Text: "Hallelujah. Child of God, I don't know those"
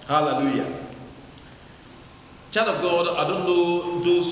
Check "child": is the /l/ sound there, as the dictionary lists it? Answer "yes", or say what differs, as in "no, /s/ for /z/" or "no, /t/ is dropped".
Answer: no, /l/ is dropped